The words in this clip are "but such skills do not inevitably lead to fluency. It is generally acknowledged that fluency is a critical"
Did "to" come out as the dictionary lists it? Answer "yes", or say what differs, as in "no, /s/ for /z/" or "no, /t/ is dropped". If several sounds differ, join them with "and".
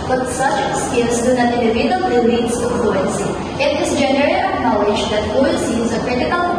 no, /s/ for /t/